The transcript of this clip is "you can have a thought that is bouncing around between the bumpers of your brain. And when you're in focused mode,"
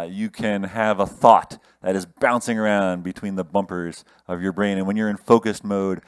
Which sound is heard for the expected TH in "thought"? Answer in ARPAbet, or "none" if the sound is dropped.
TH